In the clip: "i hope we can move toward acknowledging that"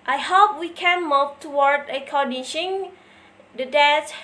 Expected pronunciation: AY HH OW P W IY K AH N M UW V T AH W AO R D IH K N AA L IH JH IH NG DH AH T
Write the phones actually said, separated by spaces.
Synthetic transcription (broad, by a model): AY HH OW P W IY K AH N M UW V T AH W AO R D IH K AA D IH SH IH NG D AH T